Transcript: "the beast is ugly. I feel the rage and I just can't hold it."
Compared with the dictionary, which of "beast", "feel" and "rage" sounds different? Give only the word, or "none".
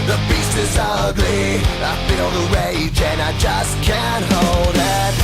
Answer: beast